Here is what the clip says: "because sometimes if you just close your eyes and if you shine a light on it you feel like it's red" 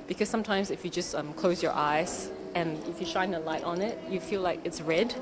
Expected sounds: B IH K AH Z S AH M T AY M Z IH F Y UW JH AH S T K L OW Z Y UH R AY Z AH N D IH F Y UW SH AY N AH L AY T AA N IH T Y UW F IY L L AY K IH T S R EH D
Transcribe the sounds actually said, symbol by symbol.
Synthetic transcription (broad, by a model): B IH K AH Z S AH M T AY M Z IH F Y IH JH AH S T K L OW Z Y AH R AY Z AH N IH F Y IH SH AY N AH L AY T N IH T Y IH F IY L L AY K IH T S R EH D